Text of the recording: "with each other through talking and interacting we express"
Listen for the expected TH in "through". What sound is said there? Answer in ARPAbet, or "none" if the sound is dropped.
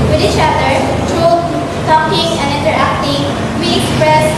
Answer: T